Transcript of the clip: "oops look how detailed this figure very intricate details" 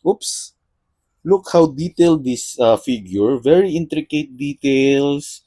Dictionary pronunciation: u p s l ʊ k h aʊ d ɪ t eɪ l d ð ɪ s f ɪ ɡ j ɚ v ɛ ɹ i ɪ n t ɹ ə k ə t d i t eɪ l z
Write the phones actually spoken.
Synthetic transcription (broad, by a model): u p s l ʊ k h aʊ d ɪ t eɪ l d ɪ s f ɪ ɡ j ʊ v ɛ ɹ i ɪ n t ɹ ə k ə t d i t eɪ l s